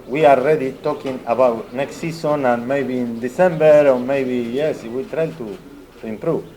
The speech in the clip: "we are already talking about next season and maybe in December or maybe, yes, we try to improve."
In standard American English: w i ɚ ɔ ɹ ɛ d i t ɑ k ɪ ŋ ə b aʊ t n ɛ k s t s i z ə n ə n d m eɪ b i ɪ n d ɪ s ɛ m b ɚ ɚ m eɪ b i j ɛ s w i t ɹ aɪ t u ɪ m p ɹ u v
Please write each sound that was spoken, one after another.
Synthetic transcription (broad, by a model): w i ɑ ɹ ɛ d i t ɑ k ɪ ŋ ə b aʊ t n ɛ k s t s i s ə n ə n m eɪ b i n d ɪ s ɛ m b ɚ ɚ m eɪ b i j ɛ s w i t ɹ aɪ t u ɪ m p ɹ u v